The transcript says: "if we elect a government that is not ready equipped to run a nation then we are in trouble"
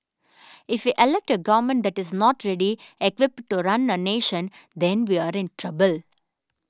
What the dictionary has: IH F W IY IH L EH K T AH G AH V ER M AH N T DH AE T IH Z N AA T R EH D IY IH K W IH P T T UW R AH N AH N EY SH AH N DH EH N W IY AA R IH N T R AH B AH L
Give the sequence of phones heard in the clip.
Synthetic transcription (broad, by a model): IH F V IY IH L EH K T AH G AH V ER M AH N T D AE T IH Z N AA T R EH D IY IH K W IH P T T UW R AH N AH N EY SH AH N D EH N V IY AA R IH N T R AH B AH L